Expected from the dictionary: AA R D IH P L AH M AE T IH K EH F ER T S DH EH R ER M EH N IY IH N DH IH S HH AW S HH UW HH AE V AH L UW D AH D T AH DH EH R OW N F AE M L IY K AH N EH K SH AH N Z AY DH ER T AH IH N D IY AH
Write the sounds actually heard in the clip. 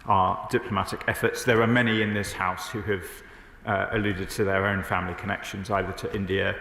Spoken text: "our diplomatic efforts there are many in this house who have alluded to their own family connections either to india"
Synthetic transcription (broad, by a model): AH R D IH P L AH M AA T IH K EH F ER T S DH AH R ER M EH N IY IH N DH IH S HH AW S HH UW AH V AH L UW D AH D T AH DH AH R OW N F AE M L IY K AH N EH K SH AH N Z AY DH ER T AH IH N D IY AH